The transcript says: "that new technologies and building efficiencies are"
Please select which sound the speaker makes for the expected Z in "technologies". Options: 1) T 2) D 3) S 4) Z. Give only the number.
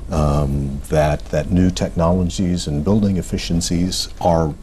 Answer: 4